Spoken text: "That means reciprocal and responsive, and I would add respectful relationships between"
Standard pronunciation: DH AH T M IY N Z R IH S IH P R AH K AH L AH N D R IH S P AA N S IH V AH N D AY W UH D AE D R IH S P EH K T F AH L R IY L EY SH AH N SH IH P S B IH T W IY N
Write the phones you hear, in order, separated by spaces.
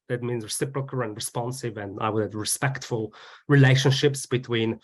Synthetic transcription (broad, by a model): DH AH T M IY N Z R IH S IH P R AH K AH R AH N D R IH S P AA N S IH V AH N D AY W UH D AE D R IH S P EH K T F AH L R IY L EY SH AH N SH IH P S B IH T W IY N